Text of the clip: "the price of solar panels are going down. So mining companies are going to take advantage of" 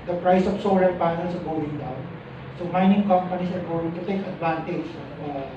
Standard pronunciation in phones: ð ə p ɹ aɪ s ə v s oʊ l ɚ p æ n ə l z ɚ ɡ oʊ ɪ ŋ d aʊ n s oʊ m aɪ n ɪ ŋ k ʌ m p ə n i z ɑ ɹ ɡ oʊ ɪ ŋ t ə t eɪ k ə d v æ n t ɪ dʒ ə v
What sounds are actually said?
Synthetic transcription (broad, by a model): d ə p ɹ aɪ s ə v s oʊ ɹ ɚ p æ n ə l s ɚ ɡ oʊ ɪ ŋ d aʊ n s oʊ m aɪ n ɪ ŋ k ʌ m p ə n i s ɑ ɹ ɡ oʊ ɪ ŋ t ə t eɪ k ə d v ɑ n t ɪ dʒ